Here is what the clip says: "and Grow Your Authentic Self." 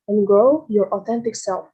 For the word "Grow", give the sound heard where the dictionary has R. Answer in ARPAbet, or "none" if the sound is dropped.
none